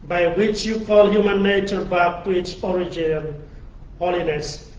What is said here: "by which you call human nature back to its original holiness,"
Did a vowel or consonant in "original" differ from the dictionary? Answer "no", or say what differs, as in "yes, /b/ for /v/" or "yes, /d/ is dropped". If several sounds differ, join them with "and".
yes, /n/ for /l/